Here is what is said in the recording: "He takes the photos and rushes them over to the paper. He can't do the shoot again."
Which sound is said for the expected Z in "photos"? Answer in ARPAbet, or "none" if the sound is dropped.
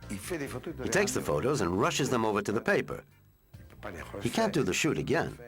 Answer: Z